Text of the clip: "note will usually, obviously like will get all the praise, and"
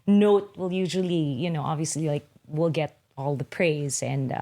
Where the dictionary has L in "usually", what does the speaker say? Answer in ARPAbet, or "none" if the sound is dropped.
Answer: N